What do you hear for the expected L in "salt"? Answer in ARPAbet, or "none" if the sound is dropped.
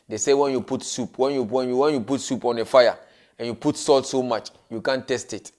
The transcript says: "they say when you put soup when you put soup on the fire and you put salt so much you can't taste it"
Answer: L